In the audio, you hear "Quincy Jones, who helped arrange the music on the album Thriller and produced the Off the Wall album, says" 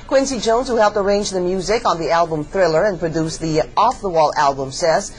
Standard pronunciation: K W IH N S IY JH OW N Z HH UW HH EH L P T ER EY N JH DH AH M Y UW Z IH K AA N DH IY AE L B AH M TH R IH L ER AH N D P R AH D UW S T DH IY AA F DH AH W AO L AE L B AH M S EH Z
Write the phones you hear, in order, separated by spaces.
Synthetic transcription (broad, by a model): K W IH N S IY JH OW N Z HH UW HH EH L P T ER EY N JH DH AH M Y UW Z IH K N DH IY AE L B AH M TH R IH L ER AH N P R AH D UW S DH IY AA F DH AH W AO L AE L B AH M S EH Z